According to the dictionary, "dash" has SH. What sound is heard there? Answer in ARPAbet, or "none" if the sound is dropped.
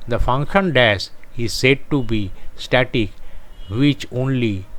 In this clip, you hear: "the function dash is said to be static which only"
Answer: S